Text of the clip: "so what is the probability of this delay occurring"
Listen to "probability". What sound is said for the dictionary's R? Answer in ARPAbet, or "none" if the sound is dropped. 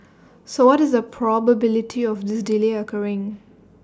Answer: R